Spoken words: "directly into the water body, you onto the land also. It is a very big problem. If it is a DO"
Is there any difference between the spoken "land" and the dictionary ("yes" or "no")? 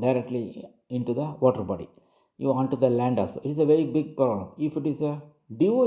no